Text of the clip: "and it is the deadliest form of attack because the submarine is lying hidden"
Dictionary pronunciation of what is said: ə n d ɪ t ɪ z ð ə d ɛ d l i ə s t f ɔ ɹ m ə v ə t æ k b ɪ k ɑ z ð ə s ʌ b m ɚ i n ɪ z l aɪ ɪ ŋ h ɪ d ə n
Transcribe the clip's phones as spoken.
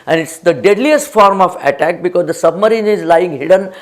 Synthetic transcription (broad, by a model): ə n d ɪ t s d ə d ɛ d l i ə s t f ɔ ɹ m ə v ə t æ k b ɪ k ɑ z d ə s ʌ b m ɚ i n ɪ z l aɪ ɪ ŋ h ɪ d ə n